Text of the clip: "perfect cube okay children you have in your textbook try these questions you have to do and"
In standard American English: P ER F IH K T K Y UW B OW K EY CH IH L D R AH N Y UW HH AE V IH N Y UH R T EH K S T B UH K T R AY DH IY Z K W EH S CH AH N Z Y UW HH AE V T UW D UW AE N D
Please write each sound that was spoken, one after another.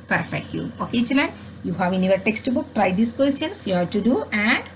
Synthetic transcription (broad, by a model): P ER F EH K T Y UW OW K EY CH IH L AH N Y UW HH AE V IH N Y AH R T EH K S T B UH K T R AY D IY S K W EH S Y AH N S Y UW HH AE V T UW D UW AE N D